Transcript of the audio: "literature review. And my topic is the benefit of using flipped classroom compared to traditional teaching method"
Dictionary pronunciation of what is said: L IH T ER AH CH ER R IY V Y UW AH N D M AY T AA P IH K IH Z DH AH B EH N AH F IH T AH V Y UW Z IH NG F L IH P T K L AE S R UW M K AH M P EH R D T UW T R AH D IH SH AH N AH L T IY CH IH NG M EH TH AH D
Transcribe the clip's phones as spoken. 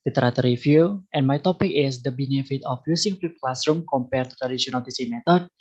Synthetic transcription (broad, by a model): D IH T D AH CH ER R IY F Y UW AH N M AY T AA P IH K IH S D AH B EH N AH F IH T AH F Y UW S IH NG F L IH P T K L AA S R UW M K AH M P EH R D T UW T R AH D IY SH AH N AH L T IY S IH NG M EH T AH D